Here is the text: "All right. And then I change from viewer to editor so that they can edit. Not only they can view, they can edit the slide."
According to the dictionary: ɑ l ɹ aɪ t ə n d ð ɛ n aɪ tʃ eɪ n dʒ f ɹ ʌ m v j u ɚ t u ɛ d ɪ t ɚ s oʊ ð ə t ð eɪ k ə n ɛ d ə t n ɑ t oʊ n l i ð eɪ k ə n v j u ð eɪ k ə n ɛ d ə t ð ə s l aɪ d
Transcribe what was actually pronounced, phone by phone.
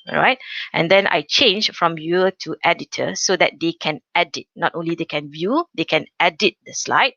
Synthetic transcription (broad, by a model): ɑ ɹ aɪ t ə n d ɛ n aɪ tʃ eɪ n dʒ f ɹ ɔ m j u t u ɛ d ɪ t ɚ s oʊ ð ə t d eɪ k ə n ɛ d ə t n ɑ t oʊ n l i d eɪ k ə n v j u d eɪ k ə n ɛ d ə t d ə s l aɪ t